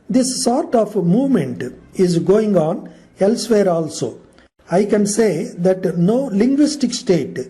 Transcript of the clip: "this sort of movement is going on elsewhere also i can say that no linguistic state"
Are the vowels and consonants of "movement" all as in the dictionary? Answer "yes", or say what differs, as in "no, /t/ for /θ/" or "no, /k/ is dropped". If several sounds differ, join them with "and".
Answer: yes